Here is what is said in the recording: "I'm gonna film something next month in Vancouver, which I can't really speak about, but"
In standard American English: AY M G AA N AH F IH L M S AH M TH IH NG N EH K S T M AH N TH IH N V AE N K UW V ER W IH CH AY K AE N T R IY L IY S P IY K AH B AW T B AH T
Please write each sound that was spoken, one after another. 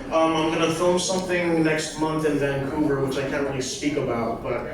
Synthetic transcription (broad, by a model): AY M G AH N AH F IH L M S AH M TH IH NG N EH K S T M AH N TH IH N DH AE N K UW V ER W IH CH AY K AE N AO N L IY S P IY K AH B AW T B AH T